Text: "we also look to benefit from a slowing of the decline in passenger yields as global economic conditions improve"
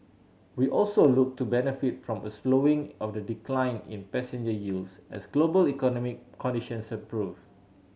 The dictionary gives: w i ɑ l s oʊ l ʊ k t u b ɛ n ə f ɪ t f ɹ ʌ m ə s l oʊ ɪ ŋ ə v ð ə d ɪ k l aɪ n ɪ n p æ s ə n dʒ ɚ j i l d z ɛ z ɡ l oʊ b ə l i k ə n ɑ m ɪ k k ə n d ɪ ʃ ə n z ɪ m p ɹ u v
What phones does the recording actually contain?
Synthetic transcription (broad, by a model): w i ɑ l s oʊ l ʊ k t u b ɛ n ə f ɪ t f ɹ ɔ m ə s l oʊ ɪ ŋ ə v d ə d ɪ k l aɪ n ɪ n p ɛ s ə n dʒ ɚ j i l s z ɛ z ɡ l oʊ b ə l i k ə n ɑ m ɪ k k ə n d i ʃ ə n s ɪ p ɹ u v